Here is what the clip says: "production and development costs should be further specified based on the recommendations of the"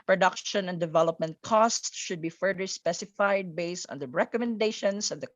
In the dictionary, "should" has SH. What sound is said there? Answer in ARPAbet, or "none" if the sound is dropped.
SH